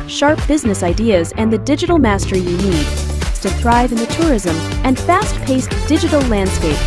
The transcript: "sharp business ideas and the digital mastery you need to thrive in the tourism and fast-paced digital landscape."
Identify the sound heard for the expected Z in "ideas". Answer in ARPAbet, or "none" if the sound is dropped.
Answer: Z